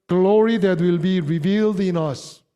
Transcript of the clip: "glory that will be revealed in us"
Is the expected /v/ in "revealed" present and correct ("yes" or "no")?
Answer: yes